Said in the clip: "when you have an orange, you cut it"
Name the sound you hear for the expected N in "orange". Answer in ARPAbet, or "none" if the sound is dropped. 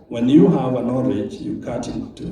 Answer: none